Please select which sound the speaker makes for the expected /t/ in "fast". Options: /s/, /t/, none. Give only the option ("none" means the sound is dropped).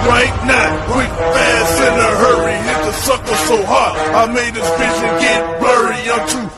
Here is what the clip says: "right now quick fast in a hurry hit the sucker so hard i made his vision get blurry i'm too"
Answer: none